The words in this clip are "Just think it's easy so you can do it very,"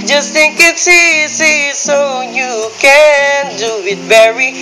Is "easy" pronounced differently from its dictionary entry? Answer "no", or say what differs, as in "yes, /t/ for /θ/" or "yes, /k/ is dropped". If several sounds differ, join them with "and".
yes, /s/ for /z/